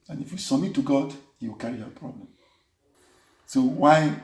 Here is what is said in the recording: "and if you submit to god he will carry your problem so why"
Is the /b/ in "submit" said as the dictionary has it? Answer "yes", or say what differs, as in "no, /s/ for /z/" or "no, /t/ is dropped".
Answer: no, /b/ is dropped